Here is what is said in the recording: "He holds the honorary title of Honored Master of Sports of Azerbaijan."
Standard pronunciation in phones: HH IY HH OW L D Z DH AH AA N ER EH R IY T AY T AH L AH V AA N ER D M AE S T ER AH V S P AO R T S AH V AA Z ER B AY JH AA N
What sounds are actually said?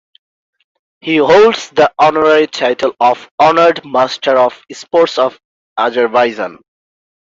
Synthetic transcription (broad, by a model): HH IY HH OW L D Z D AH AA N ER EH R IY T AY T AH L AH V AA N ER D M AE S T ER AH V S P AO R T S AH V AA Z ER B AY Z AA N